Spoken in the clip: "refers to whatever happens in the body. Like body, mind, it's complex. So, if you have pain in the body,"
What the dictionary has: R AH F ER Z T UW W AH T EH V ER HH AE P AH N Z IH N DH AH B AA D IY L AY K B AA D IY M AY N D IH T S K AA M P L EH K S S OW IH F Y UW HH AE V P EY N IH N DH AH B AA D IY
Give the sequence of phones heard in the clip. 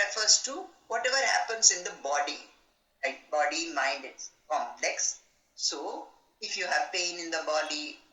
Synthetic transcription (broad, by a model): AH F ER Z T UW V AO T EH V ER HH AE P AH N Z IH N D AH B AA D IY L AY K B AA D IY M AY N D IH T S K AA M P L EH K S S OW IH F Y UW HH AE V P EY N IH N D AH B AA D IY